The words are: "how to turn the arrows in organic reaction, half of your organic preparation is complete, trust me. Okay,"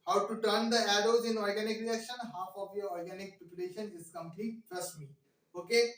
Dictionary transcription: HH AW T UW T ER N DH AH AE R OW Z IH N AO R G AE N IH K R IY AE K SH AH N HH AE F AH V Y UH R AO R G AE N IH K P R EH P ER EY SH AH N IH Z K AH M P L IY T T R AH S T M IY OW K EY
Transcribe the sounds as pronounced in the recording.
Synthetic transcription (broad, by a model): HH AW T UW T ER N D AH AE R OW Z IH N AO R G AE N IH K R IY AE K SH AH N HH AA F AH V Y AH R AO R G AE N IH K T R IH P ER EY SH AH N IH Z K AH M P N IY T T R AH S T M IY OW K EY